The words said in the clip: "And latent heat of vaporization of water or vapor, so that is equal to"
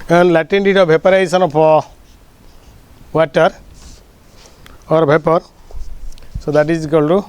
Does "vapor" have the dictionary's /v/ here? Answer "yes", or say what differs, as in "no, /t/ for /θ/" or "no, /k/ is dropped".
no, /b/ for /v/